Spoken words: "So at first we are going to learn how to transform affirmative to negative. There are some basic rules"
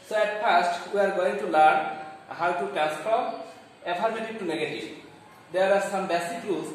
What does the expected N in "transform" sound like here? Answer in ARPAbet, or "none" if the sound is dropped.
none